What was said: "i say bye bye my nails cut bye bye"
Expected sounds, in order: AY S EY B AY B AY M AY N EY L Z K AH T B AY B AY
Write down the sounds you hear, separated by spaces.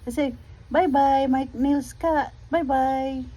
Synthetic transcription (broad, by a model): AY S EY B AY B AY M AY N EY L S K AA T B AY B AY